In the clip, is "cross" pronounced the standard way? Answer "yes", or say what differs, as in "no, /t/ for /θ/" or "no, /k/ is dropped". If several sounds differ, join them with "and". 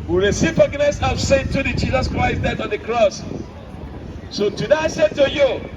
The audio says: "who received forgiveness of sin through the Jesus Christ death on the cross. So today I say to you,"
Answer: yes